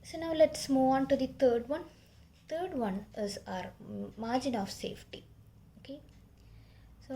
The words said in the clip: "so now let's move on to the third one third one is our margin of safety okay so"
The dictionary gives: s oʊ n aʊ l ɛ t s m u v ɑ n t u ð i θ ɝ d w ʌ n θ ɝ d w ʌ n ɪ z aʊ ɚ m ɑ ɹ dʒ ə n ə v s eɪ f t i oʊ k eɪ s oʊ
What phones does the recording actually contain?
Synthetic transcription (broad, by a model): s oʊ n aʊ l ɛ t s m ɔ ɑ n t u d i t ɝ d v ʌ n t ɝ d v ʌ n ɪ z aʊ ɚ m ɑ ɹ dʒ ə n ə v s eɪ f t i oʊ k eɪ s oʊ